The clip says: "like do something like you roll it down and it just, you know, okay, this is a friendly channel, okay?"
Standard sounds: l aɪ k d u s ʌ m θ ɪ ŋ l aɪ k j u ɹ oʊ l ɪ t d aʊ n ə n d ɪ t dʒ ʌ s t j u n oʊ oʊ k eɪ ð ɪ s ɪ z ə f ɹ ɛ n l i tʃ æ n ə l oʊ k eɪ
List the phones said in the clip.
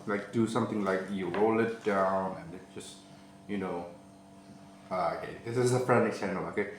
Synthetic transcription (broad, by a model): l aɪ k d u s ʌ m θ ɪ ŋ l aɪ k j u ɹ oʊ l ɪ t d aʊ n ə n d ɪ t dʒ ʌ s t j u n oʊ oʊ k eɪ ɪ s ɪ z ə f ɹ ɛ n i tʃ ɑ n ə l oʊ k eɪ